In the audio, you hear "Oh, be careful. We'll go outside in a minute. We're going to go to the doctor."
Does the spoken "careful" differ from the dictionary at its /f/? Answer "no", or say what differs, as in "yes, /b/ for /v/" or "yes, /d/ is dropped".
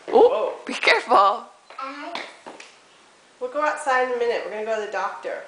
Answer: no